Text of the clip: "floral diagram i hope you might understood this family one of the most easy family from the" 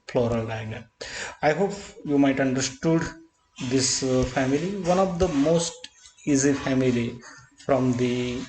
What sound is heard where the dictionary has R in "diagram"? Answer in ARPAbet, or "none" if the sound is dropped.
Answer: none